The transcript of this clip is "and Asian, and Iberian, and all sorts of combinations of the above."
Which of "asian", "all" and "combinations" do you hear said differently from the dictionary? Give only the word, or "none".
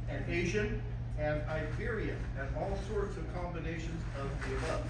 none